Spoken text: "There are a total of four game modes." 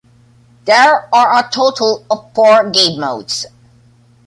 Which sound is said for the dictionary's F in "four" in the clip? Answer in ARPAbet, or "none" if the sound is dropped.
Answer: P